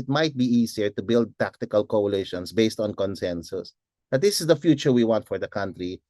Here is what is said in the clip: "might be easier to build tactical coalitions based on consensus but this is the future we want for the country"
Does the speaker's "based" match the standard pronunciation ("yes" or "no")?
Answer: yes